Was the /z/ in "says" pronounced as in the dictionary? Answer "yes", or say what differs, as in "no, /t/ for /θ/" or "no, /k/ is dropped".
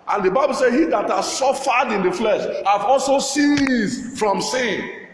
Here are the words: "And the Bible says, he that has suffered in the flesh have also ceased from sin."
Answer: no, /z/ is dropped